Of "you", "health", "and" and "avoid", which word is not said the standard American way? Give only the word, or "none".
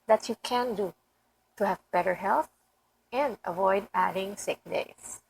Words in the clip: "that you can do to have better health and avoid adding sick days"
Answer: none